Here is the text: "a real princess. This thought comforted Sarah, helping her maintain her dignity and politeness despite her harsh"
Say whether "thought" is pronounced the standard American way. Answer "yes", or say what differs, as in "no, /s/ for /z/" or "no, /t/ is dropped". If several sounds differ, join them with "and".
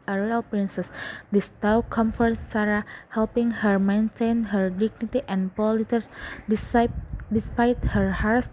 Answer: no, /t/ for /θ/